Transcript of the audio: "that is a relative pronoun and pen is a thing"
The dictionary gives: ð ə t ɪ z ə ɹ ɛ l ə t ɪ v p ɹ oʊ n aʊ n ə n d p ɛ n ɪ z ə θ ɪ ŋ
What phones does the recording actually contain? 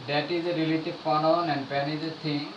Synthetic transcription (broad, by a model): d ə t ɪ z ə ɹ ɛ l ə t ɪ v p oʊ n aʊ n ə n d p ɛ n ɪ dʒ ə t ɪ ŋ